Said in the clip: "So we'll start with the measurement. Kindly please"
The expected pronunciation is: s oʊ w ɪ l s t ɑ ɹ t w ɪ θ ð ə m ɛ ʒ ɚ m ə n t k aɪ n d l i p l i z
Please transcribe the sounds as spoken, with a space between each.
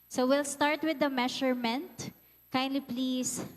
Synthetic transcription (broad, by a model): s oʊ w ɪ l s t ɑ ɹ t w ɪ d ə m ɛ ʃ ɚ m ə n t k aɪ n d l i p l i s